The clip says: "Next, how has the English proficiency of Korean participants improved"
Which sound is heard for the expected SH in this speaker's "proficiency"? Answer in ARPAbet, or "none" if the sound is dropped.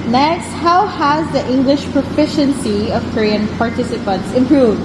SH